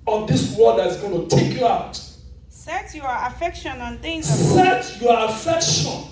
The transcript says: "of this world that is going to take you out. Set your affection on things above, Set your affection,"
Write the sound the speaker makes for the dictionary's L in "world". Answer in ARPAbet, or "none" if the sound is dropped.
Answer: N